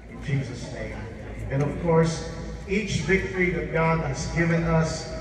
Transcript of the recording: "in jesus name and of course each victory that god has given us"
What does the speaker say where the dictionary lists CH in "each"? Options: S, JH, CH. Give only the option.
CH